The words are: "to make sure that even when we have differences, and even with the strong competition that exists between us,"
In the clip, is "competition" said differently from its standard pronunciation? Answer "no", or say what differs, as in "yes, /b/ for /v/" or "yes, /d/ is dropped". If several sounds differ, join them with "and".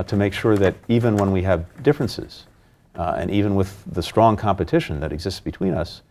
no